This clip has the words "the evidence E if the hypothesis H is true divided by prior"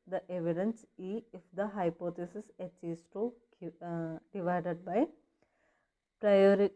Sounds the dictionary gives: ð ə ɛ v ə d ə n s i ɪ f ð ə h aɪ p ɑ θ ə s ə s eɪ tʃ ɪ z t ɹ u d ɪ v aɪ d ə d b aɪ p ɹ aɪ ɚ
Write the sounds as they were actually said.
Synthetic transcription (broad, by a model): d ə ɛ v ə d ə n s i ɪ f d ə h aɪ p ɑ t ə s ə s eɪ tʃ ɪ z t u d ɪ v aɪ d ə d b aɪ p ɹ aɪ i